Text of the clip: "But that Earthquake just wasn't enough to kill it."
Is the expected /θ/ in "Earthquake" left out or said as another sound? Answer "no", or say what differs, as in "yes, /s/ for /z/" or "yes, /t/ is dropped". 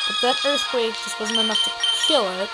yes, /s/ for /θ/